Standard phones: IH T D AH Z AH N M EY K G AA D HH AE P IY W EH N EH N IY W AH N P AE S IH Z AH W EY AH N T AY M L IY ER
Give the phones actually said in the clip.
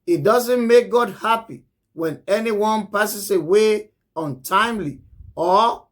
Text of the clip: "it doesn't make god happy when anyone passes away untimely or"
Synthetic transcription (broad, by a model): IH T D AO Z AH N M EY K G AA D HH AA P IY W EH N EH N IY W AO N P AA S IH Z AH W EY AH N T AY M L IY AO